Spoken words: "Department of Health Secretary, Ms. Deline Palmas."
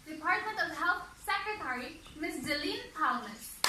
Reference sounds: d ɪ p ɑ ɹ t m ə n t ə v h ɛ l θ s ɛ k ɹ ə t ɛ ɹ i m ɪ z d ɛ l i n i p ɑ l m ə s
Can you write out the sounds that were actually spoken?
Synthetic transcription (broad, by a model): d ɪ p ɑ ɹ t m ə n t ə v h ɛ l t s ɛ k ɹ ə t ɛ ɹ i m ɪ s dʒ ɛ l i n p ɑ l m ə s